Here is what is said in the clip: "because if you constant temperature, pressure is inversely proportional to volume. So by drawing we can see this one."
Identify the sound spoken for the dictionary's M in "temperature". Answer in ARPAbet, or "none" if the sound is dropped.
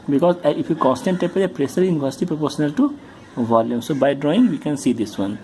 none